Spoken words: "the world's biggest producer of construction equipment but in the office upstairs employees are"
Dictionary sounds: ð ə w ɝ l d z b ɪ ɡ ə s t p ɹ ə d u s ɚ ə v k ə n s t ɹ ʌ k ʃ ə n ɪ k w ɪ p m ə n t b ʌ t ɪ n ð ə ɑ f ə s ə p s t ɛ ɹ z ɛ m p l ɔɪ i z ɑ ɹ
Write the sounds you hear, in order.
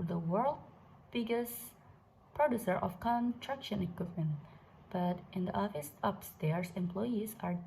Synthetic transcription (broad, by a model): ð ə w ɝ l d b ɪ ɡ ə s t p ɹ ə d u s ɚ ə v k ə n t ɹ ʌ k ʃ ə n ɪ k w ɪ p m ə n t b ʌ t ɪ n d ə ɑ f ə s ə p s t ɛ ɹ s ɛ m p l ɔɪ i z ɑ ɹ